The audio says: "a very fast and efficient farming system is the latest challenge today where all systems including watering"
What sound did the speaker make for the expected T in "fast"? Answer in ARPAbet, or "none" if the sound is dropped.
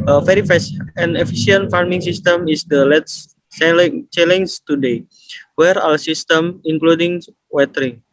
none